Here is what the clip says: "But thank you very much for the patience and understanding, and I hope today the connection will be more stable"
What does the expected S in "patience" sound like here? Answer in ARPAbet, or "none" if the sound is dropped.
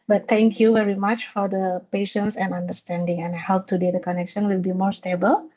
S